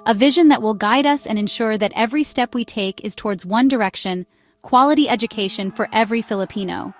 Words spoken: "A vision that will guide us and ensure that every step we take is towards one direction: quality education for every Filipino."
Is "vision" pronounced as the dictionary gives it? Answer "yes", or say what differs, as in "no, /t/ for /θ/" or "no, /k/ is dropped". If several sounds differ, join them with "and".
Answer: yes